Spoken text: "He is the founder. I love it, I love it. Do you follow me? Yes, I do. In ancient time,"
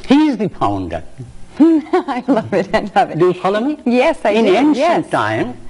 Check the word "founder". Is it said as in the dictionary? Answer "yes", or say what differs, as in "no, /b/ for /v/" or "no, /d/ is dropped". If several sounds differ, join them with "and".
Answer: no, /p/ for /f/